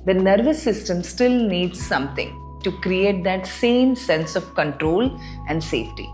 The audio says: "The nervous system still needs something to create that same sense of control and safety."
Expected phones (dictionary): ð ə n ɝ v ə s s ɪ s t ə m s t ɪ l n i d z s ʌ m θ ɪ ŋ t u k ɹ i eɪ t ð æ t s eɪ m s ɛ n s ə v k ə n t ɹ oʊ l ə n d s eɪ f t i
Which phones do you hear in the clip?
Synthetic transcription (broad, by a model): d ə n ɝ v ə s s ɪ s t ə m s t ɪ l n i d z s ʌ m t ɪ ŋ t u k ɹ i eɪ t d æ t s eɪ m s ɛ n s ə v k ə n t ɹ oʊ l ə n d s eɪ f t i